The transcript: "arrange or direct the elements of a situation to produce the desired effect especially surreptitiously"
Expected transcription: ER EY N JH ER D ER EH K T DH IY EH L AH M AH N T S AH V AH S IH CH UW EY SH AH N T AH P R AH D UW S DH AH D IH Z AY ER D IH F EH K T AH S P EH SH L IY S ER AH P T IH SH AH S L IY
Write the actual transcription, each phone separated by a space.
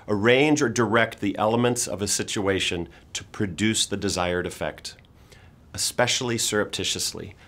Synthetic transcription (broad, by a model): ER EY N JH ER D ER EH K T DH IY EH L AH M AH N T S AH V AH S IH CH UW EY SH AH N T AH P R AH D UW S DH AH D IH Z AY ER D IH F EH K T AH S P EH SH L IY S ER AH P T IH SH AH S L IY